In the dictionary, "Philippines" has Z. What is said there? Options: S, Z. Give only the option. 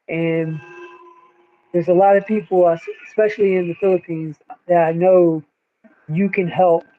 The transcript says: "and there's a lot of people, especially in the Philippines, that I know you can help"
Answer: Z